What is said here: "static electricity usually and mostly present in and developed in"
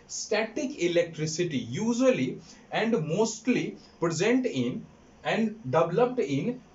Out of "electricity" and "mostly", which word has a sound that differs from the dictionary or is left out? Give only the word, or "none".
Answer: none